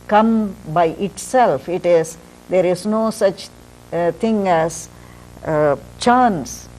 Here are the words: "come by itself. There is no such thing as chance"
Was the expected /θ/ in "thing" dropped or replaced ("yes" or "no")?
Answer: yes